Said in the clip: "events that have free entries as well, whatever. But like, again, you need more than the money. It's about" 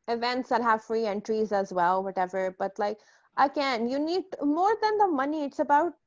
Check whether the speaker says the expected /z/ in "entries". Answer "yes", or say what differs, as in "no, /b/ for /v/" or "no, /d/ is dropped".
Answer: yes